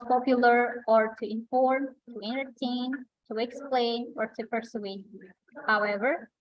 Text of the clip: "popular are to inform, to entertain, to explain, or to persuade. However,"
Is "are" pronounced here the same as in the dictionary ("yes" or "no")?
yes